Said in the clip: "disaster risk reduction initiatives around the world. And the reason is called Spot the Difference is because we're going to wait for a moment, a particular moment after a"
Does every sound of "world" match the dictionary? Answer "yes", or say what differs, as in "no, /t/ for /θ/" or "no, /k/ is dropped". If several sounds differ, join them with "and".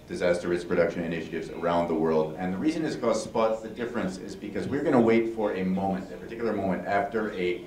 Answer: yes